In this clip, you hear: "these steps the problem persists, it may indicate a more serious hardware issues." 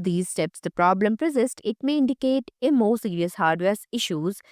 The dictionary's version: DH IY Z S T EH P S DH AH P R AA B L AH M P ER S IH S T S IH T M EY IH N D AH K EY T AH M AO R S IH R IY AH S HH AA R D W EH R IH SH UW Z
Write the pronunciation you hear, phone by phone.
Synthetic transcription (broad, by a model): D IY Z S T EH P S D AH P R AA B L AH M P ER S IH S T IH T M EY IH N D AH K EY T AH M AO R S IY R IY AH S HH AA R D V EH R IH SH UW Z